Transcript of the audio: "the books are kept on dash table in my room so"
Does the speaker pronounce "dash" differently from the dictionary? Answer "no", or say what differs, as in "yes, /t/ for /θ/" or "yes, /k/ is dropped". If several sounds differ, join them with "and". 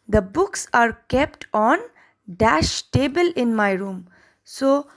no